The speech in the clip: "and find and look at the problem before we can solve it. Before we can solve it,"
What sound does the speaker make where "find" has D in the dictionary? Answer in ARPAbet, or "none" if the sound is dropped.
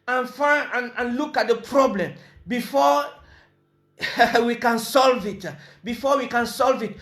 none